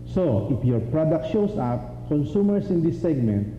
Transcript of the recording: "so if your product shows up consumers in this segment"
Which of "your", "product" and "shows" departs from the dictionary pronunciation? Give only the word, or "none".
shows